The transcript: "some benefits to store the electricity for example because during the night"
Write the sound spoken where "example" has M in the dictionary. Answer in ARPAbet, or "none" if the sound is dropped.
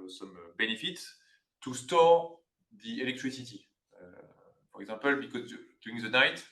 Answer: none